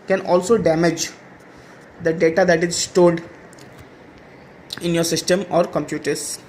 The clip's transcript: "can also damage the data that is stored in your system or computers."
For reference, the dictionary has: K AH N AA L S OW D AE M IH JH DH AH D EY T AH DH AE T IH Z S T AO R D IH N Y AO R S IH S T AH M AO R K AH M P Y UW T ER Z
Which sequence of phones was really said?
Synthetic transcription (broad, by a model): K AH N AA L S OW D AE M IH JH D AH D EY T AH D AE T IH Z S T AO L D IH N Y AO R S IH S T AH M AO R K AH M P Y UW T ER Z